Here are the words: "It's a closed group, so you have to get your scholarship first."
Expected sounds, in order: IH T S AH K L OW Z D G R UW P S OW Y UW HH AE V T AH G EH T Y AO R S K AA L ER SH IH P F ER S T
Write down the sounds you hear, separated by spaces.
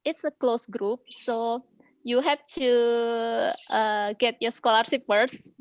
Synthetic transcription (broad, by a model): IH T S AH K L OW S G R UW P S OW Y UW HH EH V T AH G EH T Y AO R S K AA L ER S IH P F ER S